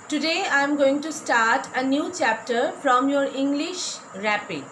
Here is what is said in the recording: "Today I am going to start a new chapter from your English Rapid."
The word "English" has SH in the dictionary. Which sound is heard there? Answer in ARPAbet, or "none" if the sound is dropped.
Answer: SH